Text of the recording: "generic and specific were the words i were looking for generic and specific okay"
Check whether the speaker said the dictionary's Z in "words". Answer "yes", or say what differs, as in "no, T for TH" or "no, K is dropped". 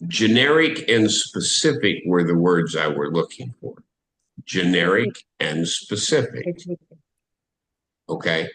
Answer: yes